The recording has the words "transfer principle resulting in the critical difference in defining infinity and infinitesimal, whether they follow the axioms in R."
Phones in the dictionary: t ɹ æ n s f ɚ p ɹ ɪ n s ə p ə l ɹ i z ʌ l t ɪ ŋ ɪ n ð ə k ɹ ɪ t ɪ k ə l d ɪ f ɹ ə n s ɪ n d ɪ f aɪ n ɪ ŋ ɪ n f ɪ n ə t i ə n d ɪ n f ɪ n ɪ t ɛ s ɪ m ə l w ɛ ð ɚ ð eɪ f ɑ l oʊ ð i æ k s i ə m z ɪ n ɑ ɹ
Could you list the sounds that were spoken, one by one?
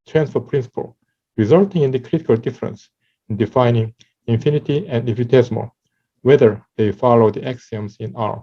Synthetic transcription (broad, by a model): t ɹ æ n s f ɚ p ɹ ɪ n s ə p ə l ɹ i z ʌ l t ɪ ŋ ɪ n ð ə k ɹ ɪ t ɪ k ə l d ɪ f ɹ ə n s ɪ n d ɪ f aɪ n ɪ ŋ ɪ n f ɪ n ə t i ə n d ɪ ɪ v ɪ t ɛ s m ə w ɛ ð ɚ ð eɪ f ɑ l oʊ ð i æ k s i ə m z ɪ n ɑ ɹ